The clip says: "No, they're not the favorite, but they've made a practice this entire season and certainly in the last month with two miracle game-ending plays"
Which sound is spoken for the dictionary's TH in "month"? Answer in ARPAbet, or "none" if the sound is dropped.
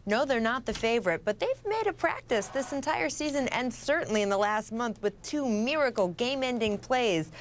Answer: TH